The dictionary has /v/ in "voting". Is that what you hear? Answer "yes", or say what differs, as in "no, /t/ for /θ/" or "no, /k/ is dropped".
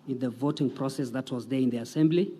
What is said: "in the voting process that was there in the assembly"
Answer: yes